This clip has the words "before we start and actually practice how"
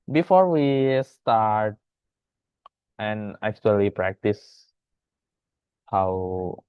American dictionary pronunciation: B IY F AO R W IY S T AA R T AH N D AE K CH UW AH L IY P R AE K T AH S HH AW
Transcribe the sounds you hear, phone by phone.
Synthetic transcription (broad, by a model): B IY F AO R W IY S T AA R T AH N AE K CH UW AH L IY P R AE K T AH S HH AW